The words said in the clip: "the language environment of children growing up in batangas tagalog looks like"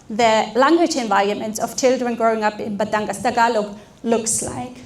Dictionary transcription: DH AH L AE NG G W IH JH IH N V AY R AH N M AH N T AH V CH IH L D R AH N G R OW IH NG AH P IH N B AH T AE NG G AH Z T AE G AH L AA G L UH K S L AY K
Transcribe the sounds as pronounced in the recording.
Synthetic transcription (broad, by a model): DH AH L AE NG G W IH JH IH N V AY R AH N M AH N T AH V CH IH L D R AH N G R OW IH NG AH P IH N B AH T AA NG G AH S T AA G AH L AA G L UH K S L AY K